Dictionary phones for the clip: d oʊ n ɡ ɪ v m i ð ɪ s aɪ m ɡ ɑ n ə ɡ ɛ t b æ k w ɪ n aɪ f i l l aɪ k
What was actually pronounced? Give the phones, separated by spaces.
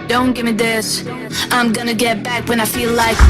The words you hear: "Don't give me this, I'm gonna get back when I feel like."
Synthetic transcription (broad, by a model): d oʊ n ɡ ɪ v m i ð ɪ s aɪ m ɡ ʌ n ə ɡ ɛ t b æ k w ɪ n aɪ f i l l aɪ k